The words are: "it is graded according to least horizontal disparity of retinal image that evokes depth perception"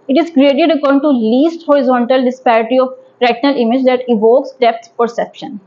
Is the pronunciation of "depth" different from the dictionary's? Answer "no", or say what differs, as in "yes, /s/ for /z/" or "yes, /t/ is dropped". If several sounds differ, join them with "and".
yes, /s/ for /θ/